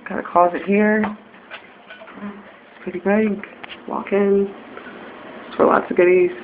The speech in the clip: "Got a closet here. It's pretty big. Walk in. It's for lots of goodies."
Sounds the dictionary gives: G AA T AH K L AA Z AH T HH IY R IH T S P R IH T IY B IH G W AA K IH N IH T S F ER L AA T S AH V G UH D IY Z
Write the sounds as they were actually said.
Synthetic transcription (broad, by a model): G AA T AH K AA Z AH T HH IY R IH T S P R IH T IY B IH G W AA K IH N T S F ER L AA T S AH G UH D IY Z